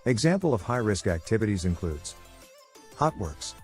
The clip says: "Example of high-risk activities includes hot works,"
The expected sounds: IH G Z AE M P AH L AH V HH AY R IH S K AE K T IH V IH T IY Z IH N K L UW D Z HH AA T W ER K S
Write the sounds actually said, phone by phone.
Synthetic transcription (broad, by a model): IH G Z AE M P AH L AH V HH AY R IH S K AE K T IH V IH T IY Z IH N K L UW D Z HH AA T W ER K S